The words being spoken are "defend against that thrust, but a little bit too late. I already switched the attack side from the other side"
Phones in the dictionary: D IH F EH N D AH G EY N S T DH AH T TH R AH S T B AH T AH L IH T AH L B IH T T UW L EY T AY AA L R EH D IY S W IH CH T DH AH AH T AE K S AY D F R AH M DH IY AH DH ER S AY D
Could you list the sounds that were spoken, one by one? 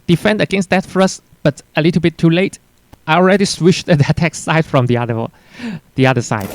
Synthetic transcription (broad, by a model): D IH F EH N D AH G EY N S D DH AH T F R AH S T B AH T AH L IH T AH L B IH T T UW L EY T AY AA L R EH D IY S W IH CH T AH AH T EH K S AY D F R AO M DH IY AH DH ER S AY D